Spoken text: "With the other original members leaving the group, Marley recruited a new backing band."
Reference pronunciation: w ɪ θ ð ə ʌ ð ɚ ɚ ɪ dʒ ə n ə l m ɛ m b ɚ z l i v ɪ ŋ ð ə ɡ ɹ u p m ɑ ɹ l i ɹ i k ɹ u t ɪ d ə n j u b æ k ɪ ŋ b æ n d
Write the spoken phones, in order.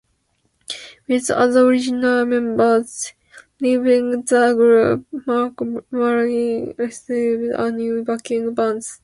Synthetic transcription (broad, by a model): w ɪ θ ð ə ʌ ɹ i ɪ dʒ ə n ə l m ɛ m b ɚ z l i v ɪ ŋ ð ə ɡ ɹ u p m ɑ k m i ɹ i ɹ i s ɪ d ə n j u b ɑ k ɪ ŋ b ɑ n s